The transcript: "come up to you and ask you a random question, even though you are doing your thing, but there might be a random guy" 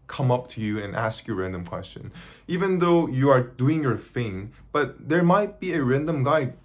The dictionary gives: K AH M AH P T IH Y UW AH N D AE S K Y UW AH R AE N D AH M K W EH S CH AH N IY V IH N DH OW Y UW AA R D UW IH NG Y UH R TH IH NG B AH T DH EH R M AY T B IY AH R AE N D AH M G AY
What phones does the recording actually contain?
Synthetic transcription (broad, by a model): K AH M AH P T IH Y UW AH N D AE S K Y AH R AE N D AH M K W EH S CH AH N IY V IH N DH OW Y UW AA R D UW IH NG Y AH R TH IH NG B AH T DH EH R M AY T B IY AH R AE N D AH M G AY